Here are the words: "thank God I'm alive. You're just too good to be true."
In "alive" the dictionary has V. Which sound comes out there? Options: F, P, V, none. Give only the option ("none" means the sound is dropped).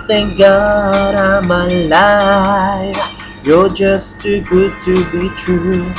F